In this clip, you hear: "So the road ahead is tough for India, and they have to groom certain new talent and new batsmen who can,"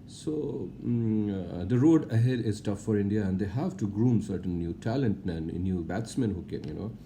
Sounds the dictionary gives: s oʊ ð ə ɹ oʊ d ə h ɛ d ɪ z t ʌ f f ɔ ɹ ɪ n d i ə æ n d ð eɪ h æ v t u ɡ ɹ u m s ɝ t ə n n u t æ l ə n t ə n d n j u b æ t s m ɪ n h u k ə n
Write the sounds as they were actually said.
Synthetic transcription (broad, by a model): s oʊ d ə ɹ oʊ d ə h ɛ d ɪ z t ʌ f f ɔ ɹ ɪ n d i ə æ n d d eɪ h æ v t u ɡ ɹ u m s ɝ t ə n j u t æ l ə n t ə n n j u b æ t s m ɪ n h u k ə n